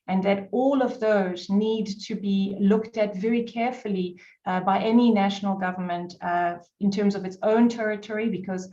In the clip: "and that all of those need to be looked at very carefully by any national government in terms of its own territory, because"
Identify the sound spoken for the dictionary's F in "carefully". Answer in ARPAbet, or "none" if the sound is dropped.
F